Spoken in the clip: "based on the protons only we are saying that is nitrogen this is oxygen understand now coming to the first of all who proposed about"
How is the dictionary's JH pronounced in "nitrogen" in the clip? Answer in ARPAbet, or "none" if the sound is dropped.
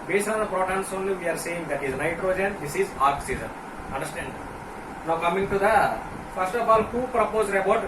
JH